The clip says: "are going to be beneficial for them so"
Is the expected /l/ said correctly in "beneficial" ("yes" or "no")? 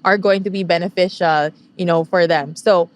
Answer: no